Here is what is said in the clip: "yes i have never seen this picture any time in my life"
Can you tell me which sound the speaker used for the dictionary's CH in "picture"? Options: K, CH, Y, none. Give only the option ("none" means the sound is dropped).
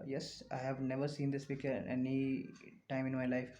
none